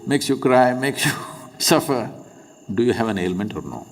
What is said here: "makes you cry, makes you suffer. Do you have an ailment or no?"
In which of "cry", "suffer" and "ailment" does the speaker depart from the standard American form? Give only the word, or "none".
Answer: none